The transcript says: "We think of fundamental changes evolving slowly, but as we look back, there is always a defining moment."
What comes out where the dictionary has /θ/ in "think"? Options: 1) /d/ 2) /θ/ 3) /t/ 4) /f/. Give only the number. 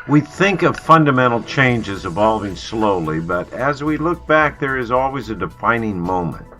2